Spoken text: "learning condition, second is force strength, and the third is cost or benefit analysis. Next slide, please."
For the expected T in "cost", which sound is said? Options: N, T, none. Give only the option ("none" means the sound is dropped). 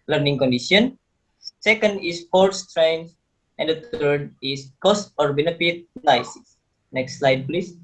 T